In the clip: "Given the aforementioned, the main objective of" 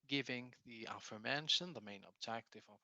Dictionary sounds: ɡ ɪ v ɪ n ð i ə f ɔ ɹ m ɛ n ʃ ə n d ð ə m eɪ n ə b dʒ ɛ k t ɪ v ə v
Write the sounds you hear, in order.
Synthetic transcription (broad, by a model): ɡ ɪ v ɪ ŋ ð i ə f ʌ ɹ m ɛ n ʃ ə n ð ə m eɪ n ə b dʒ ɛ k t ɪ v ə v